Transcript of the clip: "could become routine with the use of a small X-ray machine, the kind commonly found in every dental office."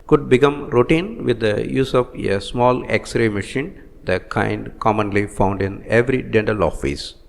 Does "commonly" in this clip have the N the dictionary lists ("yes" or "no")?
yes